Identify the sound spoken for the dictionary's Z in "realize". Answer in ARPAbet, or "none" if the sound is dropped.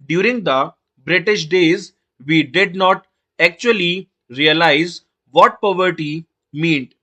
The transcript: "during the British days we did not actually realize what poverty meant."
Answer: Z